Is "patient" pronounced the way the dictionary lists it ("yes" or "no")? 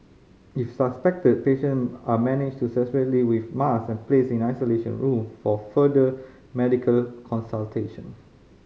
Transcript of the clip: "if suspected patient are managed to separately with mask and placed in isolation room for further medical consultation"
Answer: no